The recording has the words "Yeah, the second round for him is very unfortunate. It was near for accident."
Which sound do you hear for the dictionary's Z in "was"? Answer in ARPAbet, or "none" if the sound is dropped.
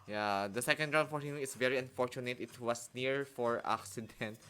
S